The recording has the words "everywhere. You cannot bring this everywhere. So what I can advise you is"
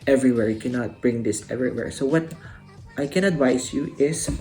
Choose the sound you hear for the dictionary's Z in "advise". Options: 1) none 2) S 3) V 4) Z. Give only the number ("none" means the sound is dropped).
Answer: 2